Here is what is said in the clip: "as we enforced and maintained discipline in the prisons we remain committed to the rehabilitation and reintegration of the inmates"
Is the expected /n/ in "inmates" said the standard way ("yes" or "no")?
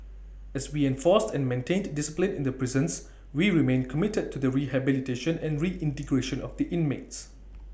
yes